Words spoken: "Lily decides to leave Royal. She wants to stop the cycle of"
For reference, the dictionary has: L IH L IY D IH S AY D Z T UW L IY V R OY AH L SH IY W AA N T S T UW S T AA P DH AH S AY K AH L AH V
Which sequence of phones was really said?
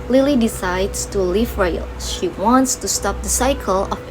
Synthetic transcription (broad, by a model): L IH L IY D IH S AY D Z T UW L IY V R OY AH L SH IY W AA N T S T UW S T AA P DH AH S AY K AH L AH